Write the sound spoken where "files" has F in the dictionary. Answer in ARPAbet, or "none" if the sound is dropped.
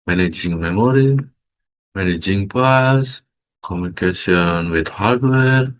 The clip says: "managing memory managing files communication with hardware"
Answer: P